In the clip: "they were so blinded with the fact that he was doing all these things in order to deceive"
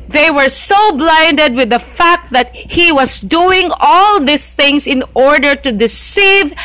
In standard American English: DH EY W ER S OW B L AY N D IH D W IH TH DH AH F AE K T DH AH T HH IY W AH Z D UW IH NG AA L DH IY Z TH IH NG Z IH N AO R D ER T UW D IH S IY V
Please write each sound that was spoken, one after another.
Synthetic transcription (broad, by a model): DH EY W ER S OW B L AY N D IH D W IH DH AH F AE K T DH AH T HH IY W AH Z D UW IH NG AA L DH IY S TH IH NG S IH N AO R D ER T UW D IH S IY V